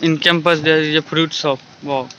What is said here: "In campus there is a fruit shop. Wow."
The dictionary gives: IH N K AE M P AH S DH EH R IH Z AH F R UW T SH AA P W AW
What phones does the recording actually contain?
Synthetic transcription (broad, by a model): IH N K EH M P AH S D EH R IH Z AH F R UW T S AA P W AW